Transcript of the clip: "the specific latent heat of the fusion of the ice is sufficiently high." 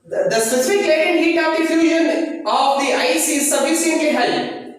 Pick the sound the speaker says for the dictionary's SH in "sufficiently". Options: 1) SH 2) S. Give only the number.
2